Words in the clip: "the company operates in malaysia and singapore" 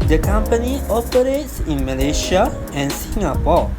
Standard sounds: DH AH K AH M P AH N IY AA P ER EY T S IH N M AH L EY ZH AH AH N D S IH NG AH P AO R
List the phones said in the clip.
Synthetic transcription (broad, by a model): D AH K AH M P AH N IY AA P ER EY T S IH N M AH L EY SH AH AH N S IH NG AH P AO